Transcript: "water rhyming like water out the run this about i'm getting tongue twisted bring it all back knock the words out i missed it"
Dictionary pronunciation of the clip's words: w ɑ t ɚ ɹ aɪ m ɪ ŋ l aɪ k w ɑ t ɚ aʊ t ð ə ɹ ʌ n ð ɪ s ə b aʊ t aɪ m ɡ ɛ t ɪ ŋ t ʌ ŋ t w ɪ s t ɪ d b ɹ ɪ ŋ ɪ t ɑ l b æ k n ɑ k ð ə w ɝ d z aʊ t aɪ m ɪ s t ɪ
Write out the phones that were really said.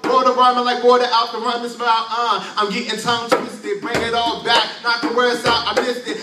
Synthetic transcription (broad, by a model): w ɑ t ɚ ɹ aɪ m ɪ l aɪ k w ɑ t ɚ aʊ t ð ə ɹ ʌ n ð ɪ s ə aʊ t aɪ m ɡ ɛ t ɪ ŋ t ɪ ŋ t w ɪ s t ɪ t b ɹ ɪ ŋ ɪ t ɑ l b æ k n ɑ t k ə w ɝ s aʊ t aɪ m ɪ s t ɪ